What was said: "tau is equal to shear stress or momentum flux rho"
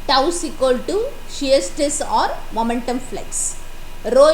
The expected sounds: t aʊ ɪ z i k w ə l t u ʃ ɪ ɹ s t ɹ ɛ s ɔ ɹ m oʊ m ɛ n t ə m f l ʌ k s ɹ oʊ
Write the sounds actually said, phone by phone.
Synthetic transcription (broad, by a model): t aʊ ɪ s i k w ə l t u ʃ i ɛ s t ɛ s ɔ ɹ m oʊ m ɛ n t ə m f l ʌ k s ɹ oʊ